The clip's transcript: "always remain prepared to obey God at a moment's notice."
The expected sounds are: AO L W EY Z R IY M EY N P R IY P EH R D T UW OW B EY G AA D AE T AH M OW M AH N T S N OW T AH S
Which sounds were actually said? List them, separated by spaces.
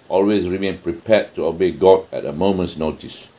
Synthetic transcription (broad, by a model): AO L W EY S R IY M EY N P R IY P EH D T UW OW B EY G AA D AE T AH M OW M AH N T S N OW T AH S